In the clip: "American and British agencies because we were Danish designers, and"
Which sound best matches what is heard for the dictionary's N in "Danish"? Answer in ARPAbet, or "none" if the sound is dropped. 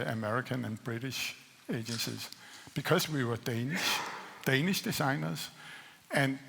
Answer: N